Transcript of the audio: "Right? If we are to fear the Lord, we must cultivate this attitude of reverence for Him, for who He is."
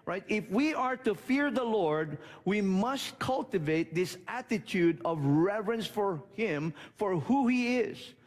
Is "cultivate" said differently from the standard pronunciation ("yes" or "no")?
no